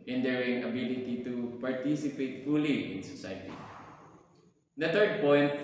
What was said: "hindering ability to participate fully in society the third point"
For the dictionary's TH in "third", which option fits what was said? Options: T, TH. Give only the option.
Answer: T